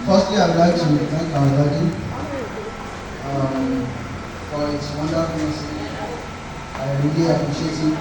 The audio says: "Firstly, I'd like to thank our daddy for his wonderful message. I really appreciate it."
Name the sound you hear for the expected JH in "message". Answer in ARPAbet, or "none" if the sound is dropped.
none